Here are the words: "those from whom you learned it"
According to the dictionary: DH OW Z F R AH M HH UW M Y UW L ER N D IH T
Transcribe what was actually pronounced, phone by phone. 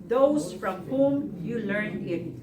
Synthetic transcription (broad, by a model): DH OW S F R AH M HH UW M Y UW L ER N IH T